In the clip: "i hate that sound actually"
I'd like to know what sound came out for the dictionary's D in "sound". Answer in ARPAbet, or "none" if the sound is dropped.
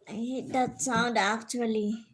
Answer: D